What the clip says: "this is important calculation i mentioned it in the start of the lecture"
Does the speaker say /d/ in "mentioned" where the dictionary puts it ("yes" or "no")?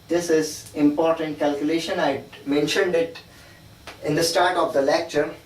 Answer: yes